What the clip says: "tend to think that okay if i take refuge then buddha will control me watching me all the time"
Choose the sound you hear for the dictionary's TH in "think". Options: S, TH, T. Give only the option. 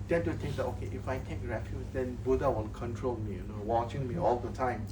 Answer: T